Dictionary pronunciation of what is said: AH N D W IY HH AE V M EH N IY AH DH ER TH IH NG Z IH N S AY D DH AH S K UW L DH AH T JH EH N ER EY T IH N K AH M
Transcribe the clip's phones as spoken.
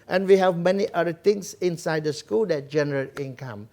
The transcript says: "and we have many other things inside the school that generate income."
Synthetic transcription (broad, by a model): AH N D W IY HH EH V M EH N IY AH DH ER T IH NG S IH N S AY D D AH S K UW L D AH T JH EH N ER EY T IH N K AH M